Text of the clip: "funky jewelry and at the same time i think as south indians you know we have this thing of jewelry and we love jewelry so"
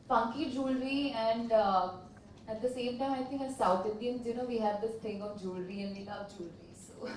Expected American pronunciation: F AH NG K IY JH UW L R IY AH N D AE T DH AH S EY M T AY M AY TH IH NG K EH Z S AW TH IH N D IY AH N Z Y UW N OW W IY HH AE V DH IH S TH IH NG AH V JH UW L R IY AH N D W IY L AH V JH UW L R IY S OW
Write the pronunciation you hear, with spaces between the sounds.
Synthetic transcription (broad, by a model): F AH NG K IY JH UW L R IY AH N D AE T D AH S EY M T AY M AY T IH NG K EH S AW T IH N D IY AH N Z Y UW N OW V IY HH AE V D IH S T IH NG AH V JH UW L R IY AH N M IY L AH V JH UW L R IY S OW